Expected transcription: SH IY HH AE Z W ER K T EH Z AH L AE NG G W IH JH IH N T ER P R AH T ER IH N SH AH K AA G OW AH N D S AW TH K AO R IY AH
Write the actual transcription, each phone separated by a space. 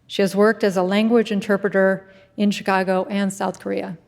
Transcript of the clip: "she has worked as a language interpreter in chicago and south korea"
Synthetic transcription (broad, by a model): SH IY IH Z W ER K T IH Z AH L AE NG G W IH JH IH N T ER P R AH T ER IH N SH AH K AA G OW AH N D S AW TH K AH R IY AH